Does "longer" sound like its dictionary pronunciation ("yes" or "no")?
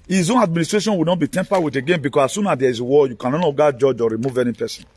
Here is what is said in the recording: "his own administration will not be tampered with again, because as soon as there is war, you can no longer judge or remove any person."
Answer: no